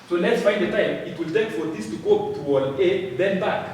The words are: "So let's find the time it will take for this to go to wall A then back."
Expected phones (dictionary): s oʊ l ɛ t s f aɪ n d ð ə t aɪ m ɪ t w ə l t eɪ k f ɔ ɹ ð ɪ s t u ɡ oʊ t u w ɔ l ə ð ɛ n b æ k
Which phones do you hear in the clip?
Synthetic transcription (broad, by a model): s oʊ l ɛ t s f aɪ n d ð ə t aɪ m ɪ t w ə l t eɪ k f ɔ ɹ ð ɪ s t u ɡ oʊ t u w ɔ n ə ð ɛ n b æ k